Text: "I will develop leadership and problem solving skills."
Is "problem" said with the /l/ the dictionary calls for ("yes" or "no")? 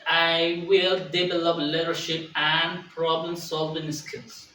yes